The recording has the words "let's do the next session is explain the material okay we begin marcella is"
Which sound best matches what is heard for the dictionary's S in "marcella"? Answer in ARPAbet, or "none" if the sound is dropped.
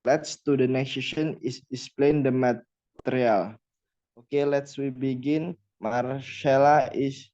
SH